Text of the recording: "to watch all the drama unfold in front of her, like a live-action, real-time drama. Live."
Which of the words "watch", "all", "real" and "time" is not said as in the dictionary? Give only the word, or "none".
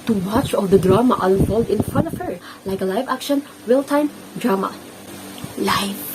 real